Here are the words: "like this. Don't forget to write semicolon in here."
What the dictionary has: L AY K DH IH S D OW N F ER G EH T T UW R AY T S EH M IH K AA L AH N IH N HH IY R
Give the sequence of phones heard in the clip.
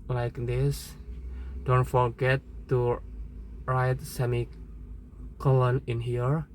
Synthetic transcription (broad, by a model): L AY K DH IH S D OW N F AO G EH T T UW R AY T S EH M IH K AA L AH N IH N HH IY R